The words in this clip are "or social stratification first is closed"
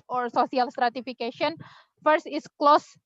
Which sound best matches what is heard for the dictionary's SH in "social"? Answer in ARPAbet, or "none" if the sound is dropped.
S